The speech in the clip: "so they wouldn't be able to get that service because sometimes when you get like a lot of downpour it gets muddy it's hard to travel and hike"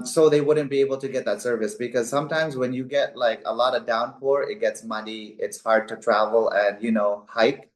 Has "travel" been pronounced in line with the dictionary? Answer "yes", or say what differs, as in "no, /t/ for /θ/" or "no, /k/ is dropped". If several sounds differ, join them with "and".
yes